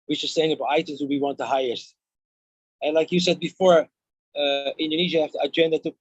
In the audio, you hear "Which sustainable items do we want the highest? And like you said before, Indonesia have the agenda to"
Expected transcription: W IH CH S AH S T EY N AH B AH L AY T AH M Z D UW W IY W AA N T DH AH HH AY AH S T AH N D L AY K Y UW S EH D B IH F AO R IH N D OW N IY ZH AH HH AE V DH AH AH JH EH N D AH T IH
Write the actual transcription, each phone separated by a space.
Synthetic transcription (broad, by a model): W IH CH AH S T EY AH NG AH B AY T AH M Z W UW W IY W AA N T DH AH HH AY AH S T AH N L AY K Y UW S EH D B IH F AO R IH N D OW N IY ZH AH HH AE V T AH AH JH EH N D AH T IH